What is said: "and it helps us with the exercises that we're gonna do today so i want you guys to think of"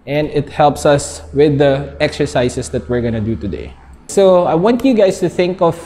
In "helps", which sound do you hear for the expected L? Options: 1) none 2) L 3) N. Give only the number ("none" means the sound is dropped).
2